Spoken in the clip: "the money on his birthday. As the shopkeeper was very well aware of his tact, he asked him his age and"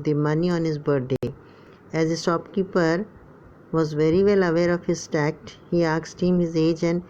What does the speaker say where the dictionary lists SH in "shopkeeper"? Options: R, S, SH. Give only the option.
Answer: S